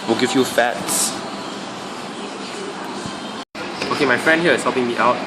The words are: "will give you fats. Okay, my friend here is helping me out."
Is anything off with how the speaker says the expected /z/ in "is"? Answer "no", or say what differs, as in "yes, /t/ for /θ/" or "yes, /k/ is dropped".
yes, /s/ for /z/